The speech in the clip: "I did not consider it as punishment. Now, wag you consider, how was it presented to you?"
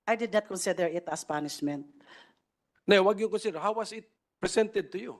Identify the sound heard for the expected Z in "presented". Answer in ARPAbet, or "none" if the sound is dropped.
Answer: S